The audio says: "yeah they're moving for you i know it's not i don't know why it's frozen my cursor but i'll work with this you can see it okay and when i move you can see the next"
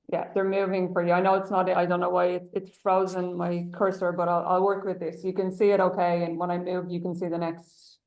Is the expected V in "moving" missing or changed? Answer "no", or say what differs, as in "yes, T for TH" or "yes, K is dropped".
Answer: no